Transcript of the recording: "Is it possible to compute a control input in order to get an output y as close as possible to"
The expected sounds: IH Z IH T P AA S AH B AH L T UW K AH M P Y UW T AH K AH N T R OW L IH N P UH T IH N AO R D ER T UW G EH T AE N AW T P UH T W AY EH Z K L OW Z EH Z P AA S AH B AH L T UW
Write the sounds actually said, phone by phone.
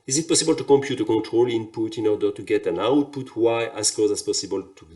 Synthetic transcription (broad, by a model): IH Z IH T P AA S AH B AH L T UW K AH M P Y UW T AH K AH N T R OW L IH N P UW T IH N AO R D ER T UW G EH T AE N AW T P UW T W AY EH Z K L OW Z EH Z P AA S AH B AH L T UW